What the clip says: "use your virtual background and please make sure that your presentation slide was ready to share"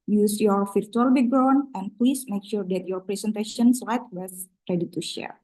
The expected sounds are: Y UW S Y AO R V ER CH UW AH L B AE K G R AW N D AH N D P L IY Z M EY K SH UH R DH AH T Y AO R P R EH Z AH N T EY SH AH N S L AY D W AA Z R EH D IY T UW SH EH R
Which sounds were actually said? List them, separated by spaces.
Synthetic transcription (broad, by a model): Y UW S Y AO R F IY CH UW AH L B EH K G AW N AH N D P L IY S M EY K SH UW R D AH T Y AO R P R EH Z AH N T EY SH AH N S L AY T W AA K R EH D IY T UW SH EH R